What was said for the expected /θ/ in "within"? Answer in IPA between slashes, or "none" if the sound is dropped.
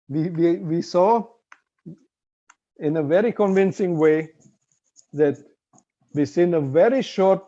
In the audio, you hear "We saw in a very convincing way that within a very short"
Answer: /s/